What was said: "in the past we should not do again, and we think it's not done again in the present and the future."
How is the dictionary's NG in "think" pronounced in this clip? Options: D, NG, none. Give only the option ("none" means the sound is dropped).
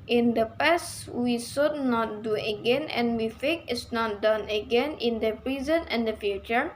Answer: none